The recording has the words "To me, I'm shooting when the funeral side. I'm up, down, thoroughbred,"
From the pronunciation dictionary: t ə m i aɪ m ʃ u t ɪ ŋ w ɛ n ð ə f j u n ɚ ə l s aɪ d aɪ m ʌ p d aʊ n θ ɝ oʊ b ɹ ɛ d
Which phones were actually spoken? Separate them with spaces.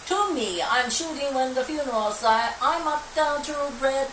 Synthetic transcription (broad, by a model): t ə m i aɪ m ʃ u t ɪ ŋ w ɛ n ð ə f j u n ɚ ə l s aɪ aɪ m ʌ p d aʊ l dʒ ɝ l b ɹ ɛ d